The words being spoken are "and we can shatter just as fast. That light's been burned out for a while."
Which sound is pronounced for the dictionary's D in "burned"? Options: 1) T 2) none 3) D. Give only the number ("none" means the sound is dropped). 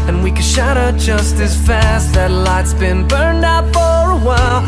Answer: 3